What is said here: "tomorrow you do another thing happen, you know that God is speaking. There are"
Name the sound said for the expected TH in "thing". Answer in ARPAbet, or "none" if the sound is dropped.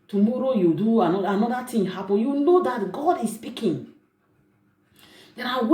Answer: T